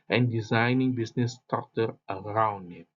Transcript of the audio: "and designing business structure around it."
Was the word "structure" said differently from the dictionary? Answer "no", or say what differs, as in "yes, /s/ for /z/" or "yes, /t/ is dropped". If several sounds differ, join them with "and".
yes, /ɹ/ is dropped